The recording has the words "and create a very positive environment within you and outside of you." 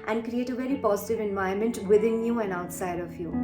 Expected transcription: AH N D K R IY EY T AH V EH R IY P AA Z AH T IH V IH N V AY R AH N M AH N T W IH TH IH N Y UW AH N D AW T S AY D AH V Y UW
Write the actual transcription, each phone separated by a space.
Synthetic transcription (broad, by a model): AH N D K R IY EY T AH V EH R IY P AA Z AH T IH V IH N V AY AH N M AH N T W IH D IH N Y UW AH N D AW T S AY D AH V Y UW